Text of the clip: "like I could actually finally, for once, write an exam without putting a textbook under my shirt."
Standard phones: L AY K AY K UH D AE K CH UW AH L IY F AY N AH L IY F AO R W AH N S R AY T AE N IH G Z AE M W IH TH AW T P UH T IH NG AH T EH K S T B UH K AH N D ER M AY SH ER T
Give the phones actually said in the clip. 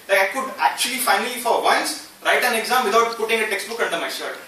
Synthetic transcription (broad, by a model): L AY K AY K UH D AE K CH UW AH L IY F AY N AH L IY F AO R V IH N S R AY T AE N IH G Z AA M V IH T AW T P UH T IH NG AH T EH K S T B UH K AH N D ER M AY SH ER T